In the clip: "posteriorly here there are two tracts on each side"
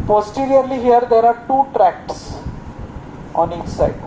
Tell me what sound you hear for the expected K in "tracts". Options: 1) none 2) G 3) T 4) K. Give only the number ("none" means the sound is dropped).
4